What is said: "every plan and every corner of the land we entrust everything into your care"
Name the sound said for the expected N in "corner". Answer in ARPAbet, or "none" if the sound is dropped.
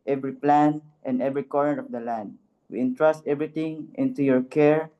none